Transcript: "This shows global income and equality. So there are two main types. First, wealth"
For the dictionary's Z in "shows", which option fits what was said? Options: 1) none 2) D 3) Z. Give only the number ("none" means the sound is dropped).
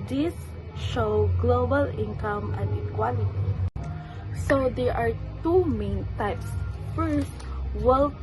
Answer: 1